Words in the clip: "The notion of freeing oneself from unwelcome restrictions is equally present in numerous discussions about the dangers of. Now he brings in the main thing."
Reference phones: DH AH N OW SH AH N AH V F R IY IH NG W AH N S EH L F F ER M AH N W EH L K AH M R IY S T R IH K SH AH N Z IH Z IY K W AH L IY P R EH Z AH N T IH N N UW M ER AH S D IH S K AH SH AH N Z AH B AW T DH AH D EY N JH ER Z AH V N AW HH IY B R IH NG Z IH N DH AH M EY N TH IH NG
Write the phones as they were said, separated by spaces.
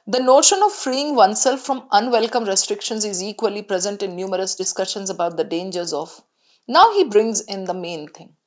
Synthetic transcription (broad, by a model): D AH N OW SH AH N AH V F R IY IH NG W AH N S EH L F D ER M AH N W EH L K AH M R IY S T R IH K SH AH N Z IH Z IY K W AH L IY P R EH Z AH N T IH N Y UW M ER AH S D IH S K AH SH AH N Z AH B AW T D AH D EY N JH ER Z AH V N AW HH IY B R IH NG Z IH N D AH M EY N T IH NG